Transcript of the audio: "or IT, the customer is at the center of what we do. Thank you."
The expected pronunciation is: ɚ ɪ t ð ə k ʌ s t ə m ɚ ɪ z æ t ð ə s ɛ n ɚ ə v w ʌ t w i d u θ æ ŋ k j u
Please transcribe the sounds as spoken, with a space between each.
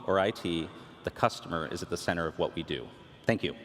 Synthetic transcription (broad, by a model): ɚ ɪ t ð ə k ʌ s t ə m ɚ ɪ z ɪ t ð ə s ɛ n ɚ ə v w ʌ t w i d u θ æ ŋ k j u